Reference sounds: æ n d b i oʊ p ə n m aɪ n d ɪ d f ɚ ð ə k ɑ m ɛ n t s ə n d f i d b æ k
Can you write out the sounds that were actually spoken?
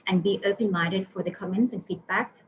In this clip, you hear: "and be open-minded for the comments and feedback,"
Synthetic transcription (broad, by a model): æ n b i oʊ p ə n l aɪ d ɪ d f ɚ ð ə k ɑ m ɛ n t s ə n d f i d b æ k